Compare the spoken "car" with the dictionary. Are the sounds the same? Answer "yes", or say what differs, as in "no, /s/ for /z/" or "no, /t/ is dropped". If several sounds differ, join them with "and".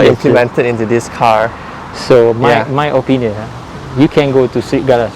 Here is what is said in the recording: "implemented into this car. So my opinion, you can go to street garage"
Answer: yes